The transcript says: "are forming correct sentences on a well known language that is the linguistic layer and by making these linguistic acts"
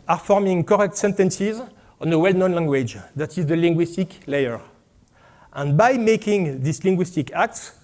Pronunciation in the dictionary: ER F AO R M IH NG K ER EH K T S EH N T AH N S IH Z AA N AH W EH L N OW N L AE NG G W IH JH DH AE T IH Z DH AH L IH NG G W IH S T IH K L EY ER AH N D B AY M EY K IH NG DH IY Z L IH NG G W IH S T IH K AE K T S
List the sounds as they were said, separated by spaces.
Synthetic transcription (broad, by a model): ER F AO R M IH NG K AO EH K T S EH N T AH N S IH Z AA N AH W EH L N OW N L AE NG G W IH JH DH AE T IH Z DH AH L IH NG G W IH S T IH K L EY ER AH N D B AY M EY K IH NG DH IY S L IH NG G W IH S T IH K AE K T S